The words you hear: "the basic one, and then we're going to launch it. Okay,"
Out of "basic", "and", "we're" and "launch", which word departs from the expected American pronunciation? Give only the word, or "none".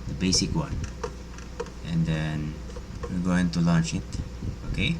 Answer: we're